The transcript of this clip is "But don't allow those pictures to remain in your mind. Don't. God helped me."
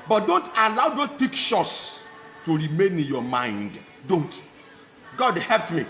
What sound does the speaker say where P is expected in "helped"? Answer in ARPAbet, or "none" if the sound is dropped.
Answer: P